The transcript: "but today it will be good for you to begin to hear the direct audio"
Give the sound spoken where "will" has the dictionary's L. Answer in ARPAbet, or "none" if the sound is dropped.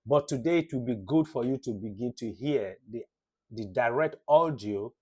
L